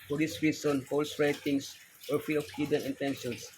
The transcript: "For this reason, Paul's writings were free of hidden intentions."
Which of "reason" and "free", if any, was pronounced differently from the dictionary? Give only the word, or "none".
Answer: reason